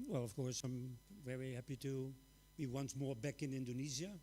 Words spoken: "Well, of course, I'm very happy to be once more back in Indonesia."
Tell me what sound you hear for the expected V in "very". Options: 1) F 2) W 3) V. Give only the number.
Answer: 3